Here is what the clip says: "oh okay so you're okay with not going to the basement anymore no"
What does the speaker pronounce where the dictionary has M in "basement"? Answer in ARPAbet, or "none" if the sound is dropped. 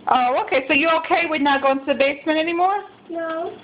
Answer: M